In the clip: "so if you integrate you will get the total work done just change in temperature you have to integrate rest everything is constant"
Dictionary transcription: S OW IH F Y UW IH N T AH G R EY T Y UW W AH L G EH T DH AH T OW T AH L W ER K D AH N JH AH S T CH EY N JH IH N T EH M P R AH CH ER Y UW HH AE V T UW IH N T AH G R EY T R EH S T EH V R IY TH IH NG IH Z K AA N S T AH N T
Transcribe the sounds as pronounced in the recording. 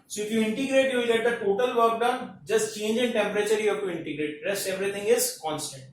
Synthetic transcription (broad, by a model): S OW IH F Y UW IH N T AH G R EY T Y UW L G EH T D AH T OW T AH L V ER K D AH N JH AH S T CH EY N JH IH N T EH M P R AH CH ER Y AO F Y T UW IH N T AH G R EY T R EH S T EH V R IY T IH NG IH Z K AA N S T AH N T